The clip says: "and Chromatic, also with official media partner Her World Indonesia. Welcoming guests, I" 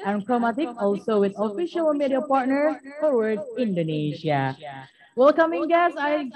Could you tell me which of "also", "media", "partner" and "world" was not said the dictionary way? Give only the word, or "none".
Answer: world